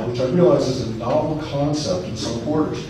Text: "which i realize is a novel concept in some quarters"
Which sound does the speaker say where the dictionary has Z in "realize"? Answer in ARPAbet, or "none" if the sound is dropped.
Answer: Z